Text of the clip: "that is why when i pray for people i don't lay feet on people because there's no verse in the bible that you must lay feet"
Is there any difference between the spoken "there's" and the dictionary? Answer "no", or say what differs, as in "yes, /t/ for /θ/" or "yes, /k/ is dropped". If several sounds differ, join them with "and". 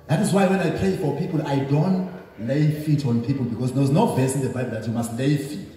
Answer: yes, /w/ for /ɹ/